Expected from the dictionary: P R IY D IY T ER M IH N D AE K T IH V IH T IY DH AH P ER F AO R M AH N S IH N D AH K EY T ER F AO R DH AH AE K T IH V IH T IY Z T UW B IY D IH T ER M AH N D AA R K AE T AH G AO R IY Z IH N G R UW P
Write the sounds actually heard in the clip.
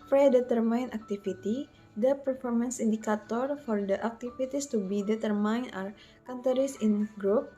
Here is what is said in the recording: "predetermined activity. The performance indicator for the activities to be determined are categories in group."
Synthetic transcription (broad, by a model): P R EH D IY T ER M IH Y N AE K T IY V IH T IY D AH P ER F AO R M AH N S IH N D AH K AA T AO F AO R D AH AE K T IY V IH T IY S T UW B IY D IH T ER M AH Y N AA R K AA T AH R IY S IH N G R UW P